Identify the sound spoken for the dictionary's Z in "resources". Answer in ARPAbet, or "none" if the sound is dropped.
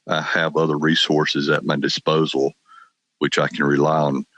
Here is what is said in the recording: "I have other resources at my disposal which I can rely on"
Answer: Z